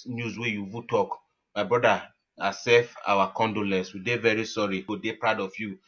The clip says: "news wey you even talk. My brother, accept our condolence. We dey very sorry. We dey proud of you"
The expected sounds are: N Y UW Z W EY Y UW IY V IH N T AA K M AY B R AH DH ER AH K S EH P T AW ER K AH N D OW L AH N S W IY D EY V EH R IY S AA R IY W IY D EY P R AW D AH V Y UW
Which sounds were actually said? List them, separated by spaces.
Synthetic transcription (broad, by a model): N Y UW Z W EY Y UW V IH T AA K M AY B R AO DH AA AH S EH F AW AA K AH N D OW L AH N S W IY D EY V EH R IY S AA R IY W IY D EY P R AW D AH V Y UW